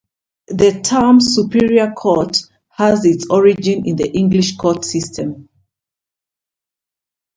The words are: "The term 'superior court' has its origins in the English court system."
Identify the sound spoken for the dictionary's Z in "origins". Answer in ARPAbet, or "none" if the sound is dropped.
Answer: none